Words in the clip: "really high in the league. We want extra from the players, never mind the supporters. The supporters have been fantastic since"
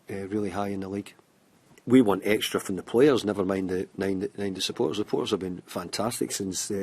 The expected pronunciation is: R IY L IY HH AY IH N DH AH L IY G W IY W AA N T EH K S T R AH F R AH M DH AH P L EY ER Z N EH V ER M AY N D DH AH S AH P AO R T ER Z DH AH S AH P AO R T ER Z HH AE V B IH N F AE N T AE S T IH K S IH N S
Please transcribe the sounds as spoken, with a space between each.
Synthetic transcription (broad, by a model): R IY L IY HH AY IH N DH AH L IY G W IY W AA N T EH K S T R AH F R AH M DH AH P L EY ER Z N EH V ER M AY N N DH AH S AH P AO R T ER Z DH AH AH P AO R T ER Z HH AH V B IH N F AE N T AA S T IH K S IH N S